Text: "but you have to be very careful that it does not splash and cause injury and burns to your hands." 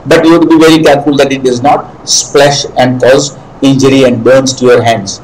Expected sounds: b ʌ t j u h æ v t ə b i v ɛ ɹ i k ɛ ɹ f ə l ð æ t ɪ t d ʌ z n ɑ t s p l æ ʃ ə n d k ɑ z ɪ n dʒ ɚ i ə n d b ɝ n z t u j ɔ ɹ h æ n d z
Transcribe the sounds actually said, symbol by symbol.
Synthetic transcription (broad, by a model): b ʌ t j u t b i v ɛ ɹ i k ɛ ɹ f ə l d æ t ɪ t d ʌ z n ɑ t s p l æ ʃ ə n d k ɑ z ɪ n dʒ ɚ i ə n d b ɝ n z t u j ɔ ɹ h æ n d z